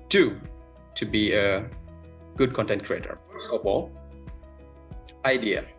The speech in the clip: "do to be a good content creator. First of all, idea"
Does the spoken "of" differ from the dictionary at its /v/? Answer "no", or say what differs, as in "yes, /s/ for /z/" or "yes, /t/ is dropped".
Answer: yes, /w/ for /v/